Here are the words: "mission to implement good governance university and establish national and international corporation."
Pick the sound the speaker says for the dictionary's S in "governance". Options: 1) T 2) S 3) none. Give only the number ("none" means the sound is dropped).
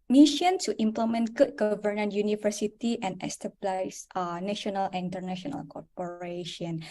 3